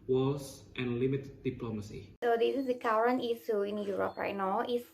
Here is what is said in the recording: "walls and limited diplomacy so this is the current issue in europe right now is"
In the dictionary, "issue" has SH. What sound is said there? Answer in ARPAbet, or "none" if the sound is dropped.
S